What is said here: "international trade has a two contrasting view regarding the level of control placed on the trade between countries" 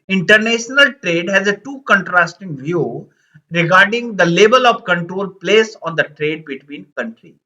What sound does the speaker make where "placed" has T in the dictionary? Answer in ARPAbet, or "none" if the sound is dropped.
none